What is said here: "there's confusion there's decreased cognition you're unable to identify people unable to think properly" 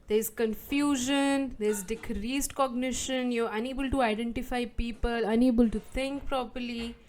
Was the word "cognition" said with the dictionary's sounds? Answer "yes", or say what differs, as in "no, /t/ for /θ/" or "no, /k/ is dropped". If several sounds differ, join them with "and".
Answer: yes